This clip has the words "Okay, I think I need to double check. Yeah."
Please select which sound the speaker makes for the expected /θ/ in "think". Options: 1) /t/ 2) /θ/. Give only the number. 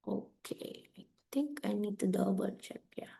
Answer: 1